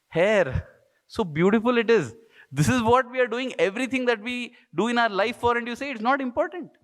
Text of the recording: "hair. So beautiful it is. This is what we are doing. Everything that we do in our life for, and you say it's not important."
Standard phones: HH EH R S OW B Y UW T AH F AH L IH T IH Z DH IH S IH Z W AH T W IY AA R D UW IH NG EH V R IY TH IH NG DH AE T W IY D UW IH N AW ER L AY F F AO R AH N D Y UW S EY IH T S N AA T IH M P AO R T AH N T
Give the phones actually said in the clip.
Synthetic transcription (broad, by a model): HH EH R S OW B Y UW T AH F AH L IH T IH Z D IH S IH Z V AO T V IY AA R D UW IH NG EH V R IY T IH NG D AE T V IY D UW IH N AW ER L AY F F AO R AH N D Y UW S EY IH T S N AA T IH M P AO R T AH N T